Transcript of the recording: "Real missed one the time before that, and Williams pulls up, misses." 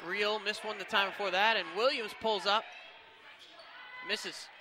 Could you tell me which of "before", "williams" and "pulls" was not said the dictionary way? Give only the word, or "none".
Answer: none